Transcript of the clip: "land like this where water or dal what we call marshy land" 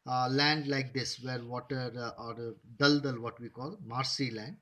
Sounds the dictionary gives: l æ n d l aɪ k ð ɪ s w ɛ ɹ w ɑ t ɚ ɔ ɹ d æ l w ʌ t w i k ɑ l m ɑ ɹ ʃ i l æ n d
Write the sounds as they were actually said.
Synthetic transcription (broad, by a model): l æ n d l aɪ k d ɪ s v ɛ ɹ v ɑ t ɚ ɔ ɹ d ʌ l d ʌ t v i k ɑ l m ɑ ɹ s i l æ n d